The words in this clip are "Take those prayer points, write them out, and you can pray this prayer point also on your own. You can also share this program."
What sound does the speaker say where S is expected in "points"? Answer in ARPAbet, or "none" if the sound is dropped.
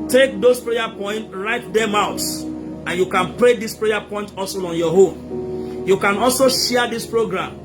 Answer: none